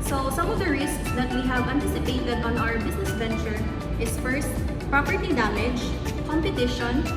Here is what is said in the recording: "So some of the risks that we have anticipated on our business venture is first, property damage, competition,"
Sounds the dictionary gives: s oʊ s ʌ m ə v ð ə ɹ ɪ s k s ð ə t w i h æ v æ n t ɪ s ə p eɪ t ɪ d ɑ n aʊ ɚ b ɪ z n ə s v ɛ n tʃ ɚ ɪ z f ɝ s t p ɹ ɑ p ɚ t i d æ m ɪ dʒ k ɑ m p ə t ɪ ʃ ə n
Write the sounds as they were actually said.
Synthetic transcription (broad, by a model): s oʊ s ʌ m ə v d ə ɹ ɪ s k s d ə t w i h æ v æ n t ɪ s ə p eɪ t ɪ d ɑ n aʊ ɚ b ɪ s n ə s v ɛ n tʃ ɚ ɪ s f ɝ s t p ɹ ɑ p ɚ t i d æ m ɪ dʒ k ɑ m p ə t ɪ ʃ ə n